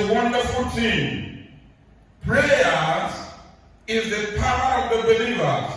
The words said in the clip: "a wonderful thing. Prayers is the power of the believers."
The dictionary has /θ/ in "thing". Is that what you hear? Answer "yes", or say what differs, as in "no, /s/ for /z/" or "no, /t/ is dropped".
no, /t/ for /θ/